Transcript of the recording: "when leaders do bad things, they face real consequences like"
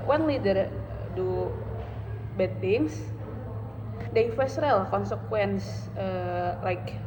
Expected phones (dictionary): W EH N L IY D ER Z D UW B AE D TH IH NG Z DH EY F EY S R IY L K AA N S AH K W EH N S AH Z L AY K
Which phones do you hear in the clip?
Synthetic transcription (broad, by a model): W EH N L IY D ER D UW B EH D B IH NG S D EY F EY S R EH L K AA N S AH K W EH N S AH L AY K